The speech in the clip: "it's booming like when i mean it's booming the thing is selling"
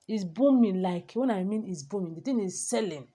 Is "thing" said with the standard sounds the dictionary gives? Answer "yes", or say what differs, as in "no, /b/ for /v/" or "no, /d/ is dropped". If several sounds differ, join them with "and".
no, /t/ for /θ/